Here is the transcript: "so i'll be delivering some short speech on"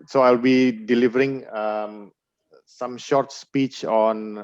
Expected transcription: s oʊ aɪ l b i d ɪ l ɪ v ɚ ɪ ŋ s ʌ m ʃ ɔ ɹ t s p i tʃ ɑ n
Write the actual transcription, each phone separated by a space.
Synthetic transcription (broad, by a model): s oʊ aɪ l b i d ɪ l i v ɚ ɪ ŋ s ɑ m ʃ ɔ ɹ t s p i tʃ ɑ n